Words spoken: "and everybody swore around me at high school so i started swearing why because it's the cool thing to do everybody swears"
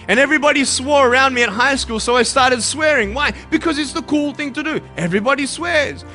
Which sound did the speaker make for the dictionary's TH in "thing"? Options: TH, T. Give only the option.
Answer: TH